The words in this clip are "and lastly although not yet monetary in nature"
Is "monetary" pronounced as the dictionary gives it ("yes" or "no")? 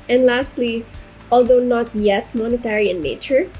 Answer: yes